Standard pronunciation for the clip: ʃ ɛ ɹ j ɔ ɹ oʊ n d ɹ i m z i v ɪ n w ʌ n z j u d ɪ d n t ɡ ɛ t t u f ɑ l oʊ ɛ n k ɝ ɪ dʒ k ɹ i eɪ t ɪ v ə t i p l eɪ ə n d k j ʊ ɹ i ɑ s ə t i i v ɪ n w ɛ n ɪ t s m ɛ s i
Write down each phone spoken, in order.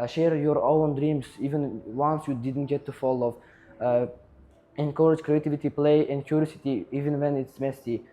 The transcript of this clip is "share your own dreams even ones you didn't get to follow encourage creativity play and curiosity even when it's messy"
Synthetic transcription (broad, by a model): ʃ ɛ ɹ j ɔ ɹ oʊ n d ɹ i m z i v ɪ n w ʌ n s j u d ɪ d n t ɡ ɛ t t u f ɑ l oʊ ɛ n k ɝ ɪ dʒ k ɹ i eɪ t ɪ v ə t i p l eɪ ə n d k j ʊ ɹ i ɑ s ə t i i v ɪ n w ɛ n ɪ t s m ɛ s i